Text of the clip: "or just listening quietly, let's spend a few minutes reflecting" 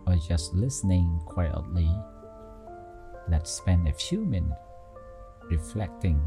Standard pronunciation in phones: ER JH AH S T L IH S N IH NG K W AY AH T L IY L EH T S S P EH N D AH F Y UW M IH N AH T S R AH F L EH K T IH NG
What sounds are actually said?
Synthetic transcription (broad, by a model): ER JH AH S T L IH S N IH NG K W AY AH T L IY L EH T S S P EH N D AH F Y UW M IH N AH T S R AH F L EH K T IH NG